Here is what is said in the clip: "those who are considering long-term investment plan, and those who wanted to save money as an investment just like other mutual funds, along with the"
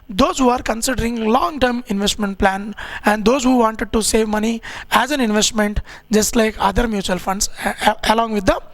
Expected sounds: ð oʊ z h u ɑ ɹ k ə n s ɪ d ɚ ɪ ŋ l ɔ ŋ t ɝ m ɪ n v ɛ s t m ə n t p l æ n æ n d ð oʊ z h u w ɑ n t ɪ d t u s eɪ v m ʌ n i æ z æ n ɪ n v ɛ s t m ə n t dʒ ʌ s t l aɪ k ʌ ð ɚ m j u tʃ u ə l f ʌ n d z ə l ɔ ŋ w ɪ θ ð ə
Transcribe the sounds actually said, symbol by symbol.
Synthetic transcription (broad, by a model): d oʊ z h u ɑ ɹ k ə n s ɪ d ɚ ɪ ŋ l ɔ ŋ t ɝ m ɪ n v ɛ s t m ə n t p l æ n æ n d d oʊ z h u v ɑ n t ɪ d t u s eɪ v m ʌ n i æ z æ n ɪ n v ɛ s t m ə n t dʒ ʌ s t l aɪ k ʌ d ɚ m j u tʃ u ə l f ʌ n d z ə l ɔ ŋ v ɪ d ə